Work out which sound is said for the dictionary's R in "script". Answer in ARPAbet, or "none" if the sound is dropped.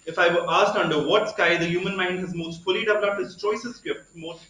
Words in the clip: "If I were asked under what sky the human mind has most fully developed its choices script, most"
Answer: none